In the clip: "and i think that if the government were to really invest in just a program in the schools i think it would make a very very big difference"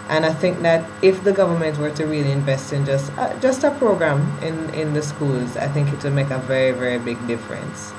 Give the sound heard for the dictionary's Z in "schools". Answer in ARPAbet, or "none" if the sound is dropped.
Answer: Z